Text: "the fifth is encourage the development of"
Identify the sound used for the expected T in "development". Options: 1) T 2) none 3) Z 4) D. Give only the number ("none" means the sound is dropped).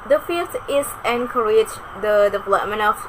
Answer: 2